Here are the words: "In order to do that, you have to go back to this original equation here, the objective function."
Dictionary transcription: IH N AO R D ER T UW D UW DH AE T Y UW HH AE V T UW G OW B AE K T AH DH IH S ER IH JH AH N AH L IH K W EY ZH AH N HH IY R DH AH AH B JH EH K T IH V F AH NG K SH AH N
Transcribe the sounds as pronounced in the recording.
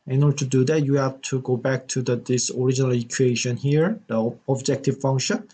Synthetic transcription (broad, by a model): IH N AO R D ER T UW D UW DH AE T Y UW HH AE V T UW G OW B AE K T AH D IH S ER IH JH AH N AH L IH K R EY SH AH N HH IY R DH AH AH B JH EH K T IH V F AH NG K SH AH N